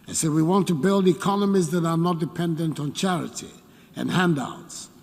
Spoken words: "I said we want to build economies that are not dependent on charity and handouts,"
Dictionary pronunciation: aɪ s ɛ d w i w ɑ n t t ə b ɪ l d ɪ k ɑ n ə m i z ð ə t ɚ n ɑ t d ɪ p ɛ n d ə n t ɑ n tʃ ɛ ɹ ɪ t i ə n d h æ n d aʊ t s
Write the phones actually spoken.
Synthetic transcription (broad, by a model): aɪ s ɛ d w i w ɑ n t t ə b ɪ l d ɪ k ɑ n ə m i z ð ə t ɚ n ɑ t d ɪ p ɛ n d ə n t n tʃ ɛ ɹ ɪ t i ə n h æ n d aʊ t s